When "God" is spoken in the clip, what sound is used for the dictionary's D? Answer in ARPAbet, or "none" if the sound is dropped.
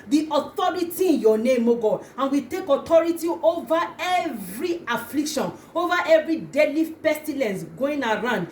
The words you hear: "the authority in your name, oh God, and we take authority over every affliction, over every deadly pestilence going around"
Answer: none